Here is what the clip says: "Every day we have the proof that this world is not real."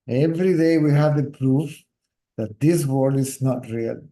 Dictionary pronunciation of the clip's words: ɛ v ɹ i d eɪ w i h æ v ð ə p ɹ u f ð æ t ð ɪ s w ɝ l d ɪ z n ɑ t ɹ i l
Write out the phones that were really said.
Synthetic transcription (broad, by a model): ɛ v ɹ i d eɪ w i h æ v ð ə p ɹ u f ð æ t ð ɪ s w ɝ d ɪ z n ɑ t ɹ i l